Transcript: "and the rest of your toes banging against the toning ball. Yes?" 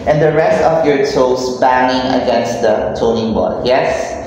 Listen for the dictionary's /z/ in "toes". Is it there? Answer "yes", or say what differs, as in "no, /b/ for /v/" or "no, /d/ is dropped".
no, /s/ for /z/